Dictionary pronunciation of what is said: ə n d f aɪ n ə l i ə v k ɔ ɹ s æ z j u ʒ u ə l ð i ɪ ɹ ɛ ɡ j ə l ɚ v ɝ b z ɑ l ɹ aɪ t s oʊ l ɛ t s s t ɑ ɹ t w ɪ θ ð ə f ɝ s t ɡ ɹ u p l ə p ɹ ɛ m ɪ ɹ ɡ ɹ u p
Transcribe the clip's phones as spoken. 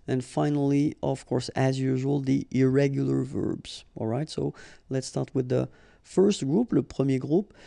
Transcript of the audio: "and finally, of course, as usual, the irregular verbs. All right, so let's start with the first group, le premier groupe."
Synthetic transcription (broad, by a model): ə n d f aɪ n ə l i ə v k ɔ ɹ s æ z j u ʒ u ə l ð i ɪ ɹ ɛ ɡ j ə l ɚ v ɝ b z ɑ l ɹ aɪ t s oʊ l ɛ t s s t ɑ ɹ t w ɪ ð ə f ɝ s t ɡ ɹ u p l ə p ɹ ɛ m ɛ ɡ ɹ u p